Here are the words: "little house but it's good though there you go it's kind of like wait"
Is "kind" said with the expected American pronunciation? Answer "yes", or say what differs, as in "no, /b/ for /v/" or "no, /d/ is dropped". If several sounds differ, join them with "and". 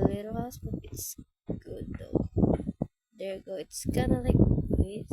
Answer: no, /d/ is dropped